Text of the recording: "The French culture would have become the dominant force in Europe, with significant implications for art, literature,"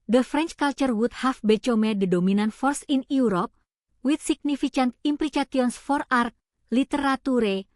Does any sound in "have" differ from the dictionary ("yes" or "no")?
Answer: yes